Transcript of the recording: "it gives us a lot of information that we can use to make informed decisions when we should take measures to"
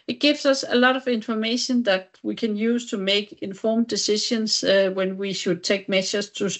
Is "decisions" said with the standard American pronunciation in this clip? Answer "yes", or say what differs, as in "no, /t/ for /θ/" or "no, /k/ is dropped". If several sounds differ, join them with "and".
no, /ʃ/ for /ʒ/